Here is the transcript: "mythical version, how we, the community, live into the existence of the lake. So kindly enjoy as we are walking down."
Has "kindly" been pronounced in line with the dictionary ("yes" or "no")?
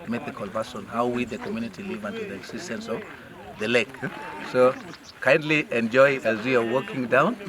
yes